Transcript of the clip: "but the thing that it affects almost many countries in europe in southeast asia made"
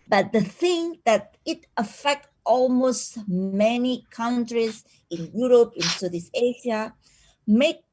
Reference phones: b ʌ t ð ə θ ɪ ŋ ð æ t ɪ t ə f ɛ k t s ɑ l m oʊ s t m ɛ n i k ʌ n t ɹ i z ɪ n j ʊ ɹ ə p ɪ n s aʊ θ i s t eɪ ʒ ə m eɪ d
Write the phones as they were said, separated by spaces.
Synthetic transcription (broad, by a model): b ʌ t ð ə θ ɪ ŋ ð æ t ɪ t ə f ɛ k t ɑ l m oʊ s t m ɛ n i k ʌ n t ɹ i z ɪ n j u ɹ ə p ɪ n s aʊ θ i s eɪ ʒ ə m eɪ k